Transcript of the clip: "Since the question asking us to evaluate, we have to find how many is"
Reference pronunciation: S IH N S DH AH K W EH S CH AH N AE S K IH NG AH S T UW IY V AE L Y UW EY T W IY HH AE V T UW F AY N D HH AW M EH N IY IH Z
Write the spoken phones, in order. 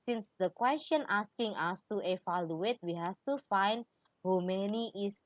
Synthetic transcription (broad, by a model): S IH N S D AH K W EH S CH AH N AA S K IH NG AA S T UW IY F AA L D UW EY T W IY HH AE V T UW F AY N D HH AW M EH N IY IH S